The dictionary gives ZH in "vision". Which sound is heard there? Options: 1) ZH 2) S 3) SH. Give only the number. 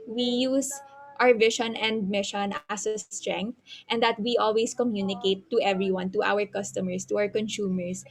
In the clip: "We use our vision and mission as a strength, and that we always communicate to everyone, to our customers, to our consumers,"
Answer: 3